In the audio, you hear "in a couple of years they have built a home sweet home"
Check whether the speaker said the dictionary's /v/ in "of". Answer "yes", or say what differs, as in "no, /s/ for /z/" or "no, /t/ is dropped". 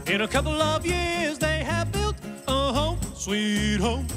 yes